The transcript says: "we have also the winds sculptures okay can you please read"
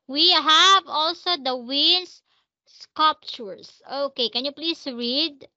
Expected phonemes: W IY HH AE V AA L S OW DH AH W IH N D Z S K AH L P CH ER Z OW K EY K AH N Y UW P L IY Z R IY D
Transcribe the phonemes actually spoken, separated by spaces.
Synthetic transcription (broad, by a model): W IY HH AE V AA L S OW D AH W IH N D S S K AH L P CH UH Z OW K EY K AH N Y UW P L IY S R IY D